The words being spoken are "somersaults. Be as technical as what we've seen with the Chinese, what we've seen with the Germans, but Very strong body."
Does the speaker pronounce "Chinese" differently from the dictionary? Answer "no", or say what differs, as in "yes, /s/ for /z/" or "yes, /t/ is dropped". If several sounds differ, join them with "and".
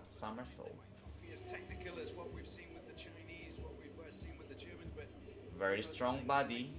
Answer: no